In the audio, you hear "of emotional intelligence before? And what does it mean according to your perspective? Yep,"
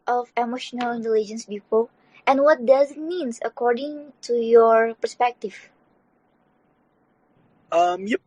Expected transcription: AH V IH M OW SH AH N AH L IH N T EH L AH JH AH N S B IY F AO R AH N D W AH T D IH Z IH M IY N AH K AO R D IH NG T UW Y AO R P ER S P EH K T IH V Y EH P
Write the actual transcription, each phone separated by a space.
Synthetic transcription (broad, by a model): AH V IH M OW SH AH N AH L IH N T EH L AH JH AH N S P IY P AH L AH N W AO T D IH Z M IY N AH K AO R D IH NG T UW Y AO R P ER S P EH K T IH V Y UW